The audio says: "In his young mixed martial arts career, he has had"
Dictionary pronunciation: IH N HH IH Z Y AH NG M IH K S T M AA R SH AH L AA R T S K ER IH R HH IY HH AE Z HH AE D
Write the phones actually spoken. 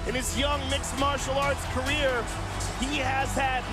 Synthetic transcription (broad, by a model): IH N IH Z Y AH NG M IH K S M AA R SH L AA R T S K ER IH R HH IY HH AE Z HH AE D